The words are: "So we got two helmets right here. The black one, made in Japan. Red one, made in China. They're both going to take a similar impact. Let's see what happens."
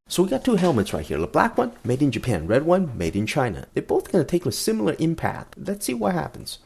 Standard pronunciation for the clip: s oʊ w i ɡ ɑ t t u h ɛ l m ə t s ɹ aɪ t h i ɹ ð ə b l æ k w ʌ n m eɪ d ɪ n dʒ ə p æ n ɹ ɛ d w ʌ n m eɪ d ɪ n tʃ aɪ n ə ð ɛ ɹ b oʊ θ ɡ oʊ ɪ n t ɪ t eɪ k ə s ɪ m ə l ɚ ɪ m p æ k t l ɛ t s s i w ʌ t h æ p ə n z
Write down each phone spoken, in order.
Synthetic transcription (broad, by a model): s oʊ w i ɡ ɑ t t u h ɛ l m ə t s ɹ aɪ t h i ɹ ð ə b l æ k w ʌ n m eɪ d ɪ n dʒ ə p æ n ɹ ɛ d w ʌ n m eɪ d ɪ n tʃ aɪ n ə ð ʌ ɹ b oʊ θ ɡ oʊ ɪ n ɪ t eɪ k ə s ɪ m l ɚ ɪ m p æ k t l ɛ t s s i w ʌ t h æ p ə n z